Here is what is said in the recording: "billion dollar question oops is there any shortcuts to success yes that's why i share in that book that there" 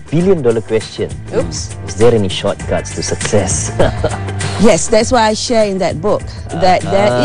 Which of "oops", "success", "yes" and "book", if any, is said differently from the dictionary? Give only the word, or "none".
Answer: oops